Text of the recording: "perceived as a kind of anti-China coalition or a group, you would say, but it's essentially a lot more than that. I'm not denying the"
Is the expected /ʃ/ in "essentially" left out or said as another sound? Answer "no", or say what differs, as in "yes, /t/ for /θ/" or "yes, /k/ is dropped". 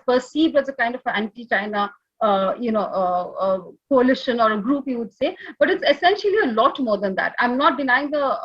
no